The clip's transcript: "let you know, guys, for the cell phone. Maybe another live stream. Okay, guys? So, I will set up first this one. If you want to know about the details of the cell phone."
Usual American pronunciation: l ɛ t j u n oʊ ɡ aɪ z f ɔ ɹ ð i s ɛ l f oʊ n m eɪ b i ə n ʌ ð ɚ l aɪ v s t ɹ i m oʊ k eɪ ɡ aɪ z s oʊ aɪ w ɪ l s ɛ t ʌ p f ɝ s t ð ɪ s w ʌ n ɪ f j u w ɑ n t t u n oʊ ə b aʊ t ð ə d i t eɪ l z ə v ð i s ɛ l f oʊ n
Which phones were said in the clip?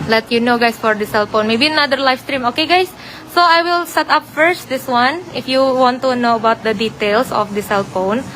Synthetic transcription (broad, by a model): l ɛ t j u n oʊ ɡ aɪ s f ɔ ɹ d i s ɛ l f oʊ n m eɪ b i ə n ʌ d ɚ l aɪ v s t ɹ i m oʊ k eɪ ɡ aɪ s oʊ aɪ w ɪ l s ɛ t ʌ p f ɝ s t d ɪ s w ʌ n ɪ f j u w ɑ n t t u n oʊ ə b aʊ t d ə d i t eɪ l s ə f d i s ɛ l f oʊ n